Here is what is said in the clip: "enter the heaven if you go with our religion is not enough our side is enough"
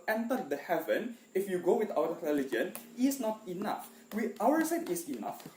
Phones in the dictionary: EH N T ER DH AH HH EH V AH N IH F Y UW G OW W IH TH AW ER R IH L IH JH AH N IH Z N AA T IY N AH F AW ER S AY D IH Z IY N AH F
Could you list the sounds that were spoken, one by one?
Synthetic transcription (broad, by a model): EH N T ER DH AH HH EH V AH N IH F Y UW G OW W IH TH AW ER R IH L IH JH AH N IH S N AA T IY N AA F AW ER S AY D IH S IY N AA F